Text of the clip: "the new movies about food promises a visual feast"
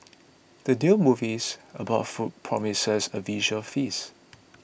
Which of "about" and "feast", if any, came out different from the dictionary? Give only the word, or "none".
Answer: feast